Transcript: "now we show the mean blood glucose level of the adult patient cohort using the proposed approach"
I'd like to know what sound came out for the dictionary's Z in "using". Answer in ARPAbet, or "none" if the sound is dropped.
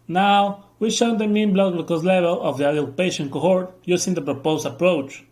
S